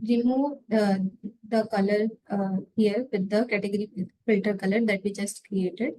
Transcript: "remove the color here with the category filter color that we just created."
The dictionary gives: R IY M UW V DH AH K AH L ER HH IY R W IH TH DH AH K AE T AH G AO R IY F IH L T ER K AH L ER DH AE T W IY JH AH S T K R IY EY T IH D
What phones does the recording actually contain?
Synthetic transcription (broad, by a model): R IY M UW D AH K AH L ER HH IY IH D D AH K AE T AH G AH R IY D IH T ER K AH L ER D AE T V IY JH AH S T K R IY EY T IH D